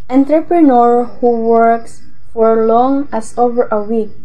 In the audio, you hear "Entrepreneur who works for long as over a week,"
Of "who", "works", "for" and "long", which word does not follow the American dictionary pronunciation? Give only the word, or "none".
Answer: none